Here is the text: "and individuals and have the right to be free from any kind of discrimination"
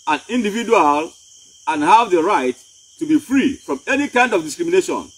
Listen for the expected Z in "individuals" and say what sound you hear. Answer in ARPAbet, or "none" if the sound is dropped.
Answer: none